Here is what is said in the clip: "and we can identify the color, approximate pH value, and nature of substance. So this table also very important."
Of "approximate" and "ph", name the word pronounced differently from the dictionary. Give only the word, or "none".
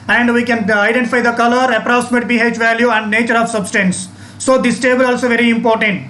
ph